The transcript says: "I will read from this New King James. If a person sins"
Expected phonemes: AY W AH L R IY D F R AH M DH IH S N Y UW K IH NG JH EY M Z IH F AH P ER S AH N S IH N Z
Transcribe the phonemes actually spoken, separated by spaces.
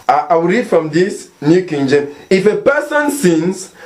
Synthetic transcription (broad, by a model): AY W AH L R IY D F R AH M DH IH S N Y UW K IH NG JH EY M IH F AH P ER S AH N S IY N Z